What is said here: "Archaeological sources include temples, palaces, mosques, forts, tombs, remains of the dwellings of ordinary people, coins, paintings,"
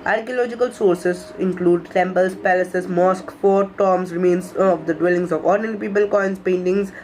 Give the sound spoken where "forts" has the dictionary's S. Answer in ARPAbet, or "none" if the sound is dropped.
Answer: none